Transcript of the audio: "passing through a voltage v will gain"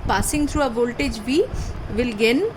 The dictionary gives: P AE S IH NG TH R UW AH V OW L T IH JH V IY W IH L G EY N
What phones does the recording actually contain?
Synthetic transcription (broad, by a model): P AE S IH NG T R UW AH V OW L T IH JH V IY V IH L G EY N